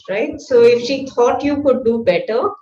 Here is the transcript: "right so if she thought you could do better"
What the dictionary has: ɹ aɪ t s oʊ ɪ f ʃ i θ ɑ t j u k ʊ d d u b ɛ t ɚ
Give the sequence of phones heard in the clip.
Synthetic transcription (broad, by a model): ɹ aɪ t s oʊ ɪ f ʃ i t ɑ t j u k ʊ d d u b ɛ t ɚ